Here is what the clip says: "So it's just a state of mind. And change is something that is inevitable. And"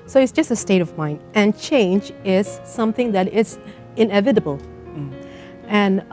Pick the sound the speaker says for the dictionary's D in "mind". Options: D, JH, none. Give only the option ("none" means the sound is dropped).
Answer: D